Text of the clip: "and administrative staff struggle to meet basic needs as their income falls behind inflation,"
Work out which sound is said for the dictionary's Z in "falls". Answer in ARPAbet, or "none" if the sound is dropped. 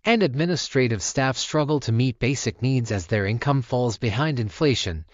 Z